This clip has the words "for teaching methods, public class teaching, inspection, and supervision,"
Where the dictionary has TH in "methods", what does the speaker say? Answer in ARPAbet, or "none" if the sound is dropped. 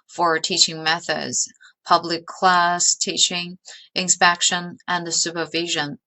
TH